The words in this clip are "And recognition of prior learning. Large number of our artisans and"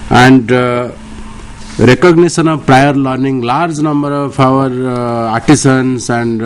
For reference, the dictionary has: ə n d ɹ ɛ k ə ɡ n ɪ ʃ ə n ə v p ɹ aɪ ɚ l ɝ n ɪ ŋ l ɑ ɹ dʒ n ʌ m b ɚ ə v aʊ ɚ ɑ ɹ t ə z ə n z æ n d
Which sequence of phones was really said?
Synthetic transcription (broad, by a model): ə n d ɹ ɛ k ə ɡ n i s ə n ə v p ɹ aɪ ɚ l ɝ n ɪ ŋ l ɑ ɹ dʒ n ʌ m b ɚ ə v aʊ ɚ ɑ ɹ t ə s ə n s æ n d